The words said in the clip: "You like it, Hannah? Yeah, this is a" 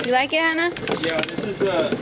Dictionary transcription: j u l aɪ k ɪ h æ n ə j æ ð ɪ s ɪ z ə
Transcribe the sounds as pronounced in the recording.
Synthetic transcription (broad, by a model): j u l aɪ k ɪ h æ n ə j æ ð ɪ s ɪ z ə